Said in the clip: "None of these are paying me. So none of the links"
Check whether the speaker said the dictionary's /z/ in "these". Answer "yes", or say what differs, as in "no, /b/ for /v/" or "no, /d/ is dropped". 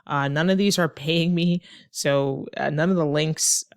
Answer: yes